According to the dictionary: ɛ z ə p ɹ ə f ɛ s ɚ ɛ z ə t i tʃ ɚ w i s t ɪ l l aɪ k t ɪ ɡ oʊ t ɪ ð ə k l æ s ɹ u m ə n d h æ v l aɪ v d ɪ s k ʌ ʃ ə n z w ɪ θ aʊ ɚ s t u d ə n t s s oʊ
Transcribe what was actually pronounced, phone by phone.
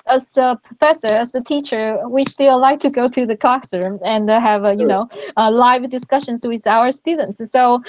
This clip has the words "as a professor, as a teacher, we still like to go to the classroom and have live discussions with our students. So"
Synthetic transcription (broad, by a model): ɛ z ə p ɹ ə f ɛ s ɚ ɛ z ə t i tʃ ɚ w i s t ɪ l l aɪ k t ɪ ɡ oʊ t ɪ ð ə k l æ s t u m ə n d h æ v l aɪ v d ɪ s k ʌ ʃ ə n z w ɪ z aʊ ɚ s t u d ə n t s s oʊ